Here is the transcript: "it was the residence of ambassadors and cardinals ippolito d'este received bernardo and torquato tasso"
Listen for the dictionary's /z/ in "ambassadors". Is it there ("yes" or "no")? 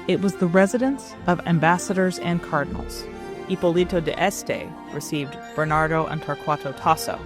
yes